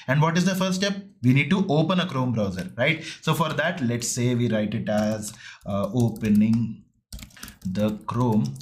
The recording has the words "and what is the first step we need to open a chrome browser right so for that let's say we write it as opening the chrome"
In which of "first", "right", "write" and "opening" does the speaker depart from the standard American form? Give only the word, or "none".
first